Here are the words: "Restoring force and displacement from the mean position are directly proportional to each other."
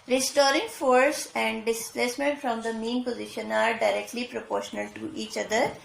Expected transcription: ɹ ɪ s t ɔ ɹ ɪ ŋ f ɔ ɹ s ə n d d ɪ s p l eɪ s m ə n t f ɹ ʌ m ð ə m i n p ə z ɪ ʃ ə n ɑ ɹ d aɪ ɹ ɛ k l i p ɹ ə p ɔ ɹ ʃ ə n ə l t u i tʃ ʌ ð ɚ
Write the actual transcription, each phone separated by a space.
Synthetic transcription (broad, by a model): ɹ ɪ s t ɔ ɹ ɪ ŋ f ɔ ɹ s ə n d d ɪ s p l eɪ s m ə n t f ɹ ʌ m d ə m i n p ə z ɪ ʃ ə n ɑ ɹ d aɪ ɹ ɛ k l i p ɹ ə p ɔ ɹ ʃ ə n ə l t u i tʃ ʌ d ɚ